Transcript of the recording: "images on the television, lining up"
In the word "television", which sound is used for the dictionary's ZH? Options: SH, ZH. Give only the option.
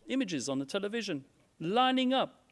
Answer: ZH